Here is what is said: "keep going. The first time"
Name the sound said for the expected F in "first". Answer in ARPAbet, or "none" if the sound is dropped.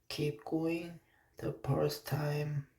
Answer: P